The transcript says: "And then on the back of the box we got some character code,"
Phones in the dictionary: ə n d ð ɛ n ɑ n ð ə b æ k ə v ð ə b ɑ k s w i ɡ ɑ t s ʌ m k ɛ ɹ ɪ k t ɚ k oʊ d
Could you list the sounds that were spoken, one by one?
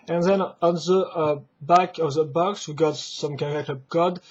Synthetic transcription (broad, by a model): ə n ð ɛ n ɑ n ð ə b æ k ə v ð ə b ɑ k s w i ɡ ɑ t s ʌ m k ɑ l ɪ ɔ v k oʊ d